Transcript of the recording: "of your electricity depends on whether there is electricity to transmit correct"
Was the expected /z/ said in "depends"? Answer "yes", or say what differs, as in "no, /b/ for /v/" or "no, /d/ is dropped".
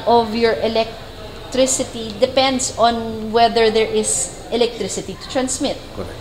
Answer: no, /s/ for /z/